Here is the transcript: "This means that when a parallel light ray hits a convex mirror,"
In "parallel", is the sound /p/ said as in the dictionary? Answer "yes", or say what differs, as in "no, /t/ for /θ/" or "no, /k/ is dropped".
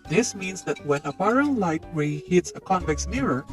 no, /b/ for /p/